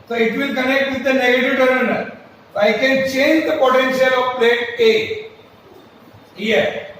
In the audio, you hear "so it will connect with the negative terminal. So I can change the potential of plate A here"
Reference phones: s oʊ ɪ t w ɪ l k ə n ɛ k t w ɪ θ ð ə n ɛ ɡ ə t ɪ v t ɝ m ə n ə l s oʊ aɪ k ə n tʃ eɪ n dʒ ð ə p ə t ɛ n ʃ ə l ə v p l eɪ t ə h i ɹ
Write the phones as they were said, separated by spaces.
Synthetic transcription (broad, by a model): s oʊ ɪ t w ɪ l k ə n ɛ k t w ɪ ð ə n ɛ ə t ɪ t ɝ ə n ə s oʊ aɪ k ə n tʃ eɪ n dʒ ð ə p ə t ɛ n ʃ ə l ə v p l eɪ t ə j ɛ